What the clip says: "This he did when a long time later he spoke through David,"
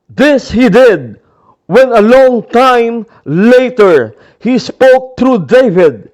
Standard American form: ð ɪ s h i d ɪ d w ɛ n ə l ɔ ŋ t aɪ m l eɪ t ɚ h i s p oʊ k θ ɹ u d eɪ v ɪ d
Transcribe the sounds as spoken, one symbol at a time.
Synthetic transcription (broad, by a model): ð ɪ s h i d ɪ d w ɛ n ə l ɔ ŋ t aɪ m l eɪ t ɚ h i s p oʊ k t ɹ u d eɪ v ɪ d